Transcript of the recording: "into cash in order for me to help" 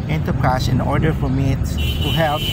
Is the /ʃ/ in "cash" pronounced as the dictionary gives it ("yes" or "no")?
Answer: no